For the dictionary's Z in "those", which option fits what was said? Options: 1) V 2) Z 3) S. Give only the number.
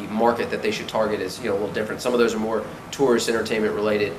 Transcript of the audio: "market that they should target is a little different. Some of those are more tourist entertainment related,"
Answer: 2